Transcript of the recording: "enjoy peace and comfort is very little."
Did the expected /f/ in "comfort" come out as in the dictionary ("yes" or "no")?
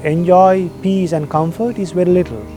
yes